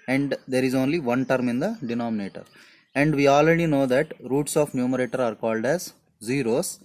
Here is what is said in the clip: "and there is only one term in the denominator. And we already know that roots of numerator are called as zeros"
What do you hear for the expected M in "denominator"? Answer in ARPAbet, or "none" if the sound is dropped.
M